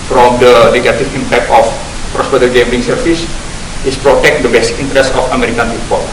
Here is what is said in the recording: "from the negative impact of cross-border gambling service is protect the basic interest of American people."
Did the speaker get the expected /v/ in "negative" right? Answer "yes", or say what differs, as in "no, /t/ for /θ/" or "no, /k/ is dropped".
no, /f/ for /v/